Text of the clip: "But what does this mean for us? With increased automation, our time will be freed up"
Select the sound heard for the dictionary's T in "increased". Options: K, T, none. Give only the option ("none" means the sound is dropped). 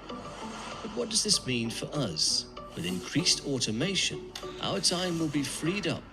T